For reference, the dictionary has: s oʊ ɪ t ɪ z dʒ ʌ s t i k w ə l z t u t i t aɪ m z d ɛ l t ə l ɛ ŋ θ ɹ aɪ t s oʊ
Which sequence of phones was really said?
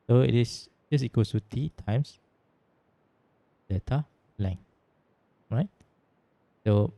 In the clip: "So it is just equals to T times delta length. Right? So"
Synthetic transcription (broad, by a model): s oʊ ɪ t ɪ s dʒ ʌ s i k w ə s t u t i t aɪ m s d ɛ t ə l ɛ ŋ ɹ aɪ t s oʊ